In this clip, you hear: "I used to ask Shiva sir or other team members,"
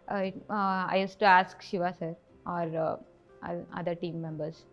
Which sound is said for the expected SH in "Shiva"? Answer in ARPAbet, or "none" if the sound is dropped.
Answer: SH